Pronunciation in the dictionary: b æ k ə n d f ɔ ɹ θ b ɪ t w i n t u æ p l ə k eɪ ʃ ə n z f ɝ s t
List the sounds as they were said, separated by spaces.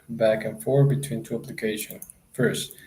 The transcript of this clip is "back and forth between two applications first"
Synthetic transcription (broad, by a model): b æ k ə n f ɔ ɹ b ɪ t w i n t u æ p l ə k eɪ ʃ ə n f ɝ s t